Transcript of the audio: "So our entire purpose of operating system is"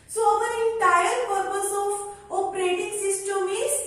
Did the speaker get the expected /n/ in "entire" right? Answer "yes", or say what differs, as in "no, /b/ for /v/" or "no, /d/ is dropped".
no, /n/ is dropped